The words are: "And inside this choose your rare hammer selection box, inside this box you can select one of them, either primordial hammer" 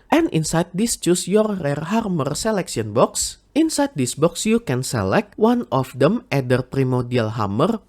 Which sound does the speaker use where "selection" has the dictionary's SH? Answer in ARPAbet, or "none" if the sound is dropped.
S